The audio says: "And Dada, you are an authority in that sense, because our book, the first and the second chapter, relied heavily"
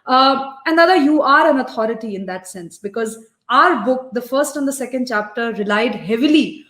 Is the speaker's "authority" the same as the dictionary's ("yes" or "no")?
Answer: no